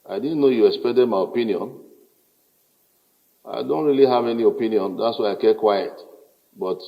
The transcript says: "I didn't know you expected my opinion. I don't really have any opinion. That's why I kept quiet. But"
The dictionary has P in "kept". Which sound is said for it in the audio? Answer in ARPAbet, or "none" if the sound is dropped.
none